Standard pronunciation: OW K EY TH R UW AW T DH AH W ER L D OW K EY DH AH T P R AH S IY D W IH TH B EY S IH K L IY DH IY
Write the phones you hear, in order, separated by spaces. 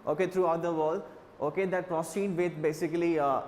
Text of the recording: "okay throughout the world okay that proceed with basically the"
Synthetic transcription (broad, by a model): OW K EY T R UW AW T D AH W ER L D OW K EY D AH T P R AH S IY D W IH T B EY S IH K IY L IY